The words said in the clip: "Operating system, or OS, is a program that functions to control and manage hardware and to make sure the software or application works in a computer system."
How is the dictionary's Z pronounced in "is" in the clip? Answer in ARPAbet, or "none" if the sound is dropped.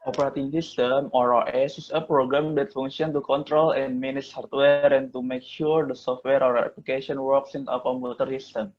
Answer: S